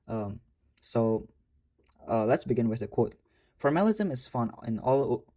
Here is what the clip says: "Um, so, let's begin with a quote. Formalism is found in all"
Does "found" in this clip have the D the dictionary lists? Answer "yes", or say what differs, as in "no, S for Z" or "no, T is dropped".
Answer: no, D is dropped